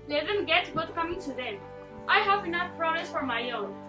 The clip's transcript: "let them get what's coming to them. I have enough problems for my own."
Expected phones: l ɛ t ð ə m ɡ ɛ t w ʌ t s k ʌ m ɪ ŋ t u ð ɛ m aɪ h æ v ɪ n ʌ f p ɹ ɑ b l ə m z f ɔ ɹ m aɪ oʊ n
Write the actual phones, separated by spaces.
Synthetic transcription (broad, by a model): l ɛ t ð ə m ɡ ɛ t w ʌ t k ʌ m ɪ ŋ t u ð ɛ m aɪ h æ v ɪ n ʌ f p ɹ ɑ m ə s f ɔ ɹ m aɪ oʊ n